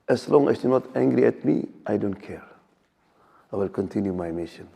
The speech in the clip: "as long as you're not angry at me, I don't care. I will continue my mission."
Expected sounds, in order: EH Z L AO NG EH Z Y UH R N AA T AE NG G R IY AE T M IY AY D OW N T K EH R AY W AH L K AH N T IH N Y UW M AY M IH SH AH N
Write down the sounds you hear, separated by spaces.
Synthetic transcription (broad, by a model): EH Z L AO NG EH S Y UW N AA T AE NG G R IY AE T M IY AY D OW N T K EH R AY W AH L K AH N T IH N Y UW M AY M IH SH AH N